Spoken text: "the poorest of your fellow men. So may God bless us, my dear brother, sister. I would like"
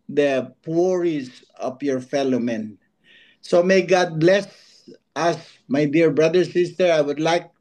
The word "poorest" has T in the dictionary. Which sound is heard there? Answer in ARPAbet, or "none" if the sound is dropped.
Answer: none